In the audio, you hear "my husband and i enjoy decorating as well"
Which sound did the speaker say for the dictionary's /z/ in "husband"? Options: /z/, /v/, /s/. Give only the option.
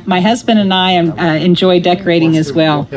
/z/